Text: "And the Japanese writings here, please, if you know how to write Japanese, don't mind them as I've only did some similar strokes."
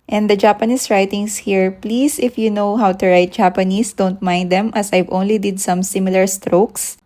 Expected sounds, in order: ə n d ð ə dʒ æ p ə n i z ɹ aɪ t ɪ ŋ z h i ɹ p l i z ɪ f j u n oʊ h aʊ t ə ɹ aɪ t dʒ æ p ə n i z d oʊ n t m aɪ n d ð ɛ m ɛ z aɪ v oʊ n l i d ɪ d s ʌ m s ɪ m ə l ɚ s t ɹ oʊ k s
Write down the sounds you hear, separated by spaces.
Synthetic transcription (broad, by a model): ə n d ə dʒ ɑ p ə n i s ɹ aɪ t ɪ ŋ s h i ɹ p l i s ɪ f j u n oʊ h aʊ t ə ɹ aɪ t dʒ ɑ p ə n i s d oʊ n t m aɪ n d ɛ m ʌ s aɪ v oʊ n l i d ɪ d s ʌ m s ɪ m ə l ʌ s t ɹ oʊ k s